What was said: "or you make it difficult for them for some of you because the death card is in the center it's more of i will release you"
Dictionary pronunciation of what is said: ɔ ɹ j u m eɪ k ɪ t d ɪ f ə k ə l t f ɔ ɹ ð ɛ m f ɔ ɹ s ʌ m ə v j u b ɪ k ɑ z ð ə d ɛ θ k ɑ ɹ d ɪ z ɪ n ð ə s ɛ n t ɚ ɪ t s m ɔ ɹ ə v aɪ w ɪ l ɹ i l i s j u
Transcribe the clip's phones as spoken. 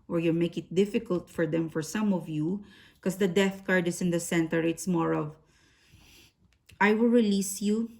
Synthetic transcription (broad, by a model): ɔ ɹ j u m eɪ k ɪ t d ɪ f ə k ə l t f ɔ ɹ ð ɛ m f ɔ ɹ s ʌ m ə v j u k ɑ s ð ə d ɛ θ k ɑ ɹ d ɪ s ɪ n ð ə s ɛ n t ɚ ɪ t s m ɔ ɹ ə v aɪ w ɪ l ɹ i l i s j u